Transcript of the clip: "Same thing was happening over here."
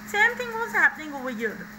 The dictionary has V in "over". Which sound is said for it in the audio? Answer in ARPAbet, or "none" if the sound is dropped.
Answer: none